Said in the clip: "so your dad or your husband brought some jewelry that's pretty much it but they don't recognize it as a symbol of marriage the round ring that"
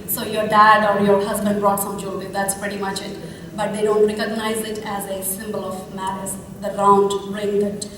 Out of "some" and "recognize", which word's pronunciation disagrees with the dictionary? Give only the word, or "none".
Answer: none